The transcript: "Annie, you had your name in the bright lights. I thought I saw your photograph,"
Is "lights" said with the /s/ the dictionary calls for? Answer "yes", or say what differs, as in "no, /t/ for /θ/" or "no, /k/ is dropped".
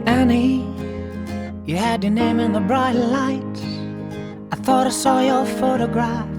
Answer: no, /s/ is dropped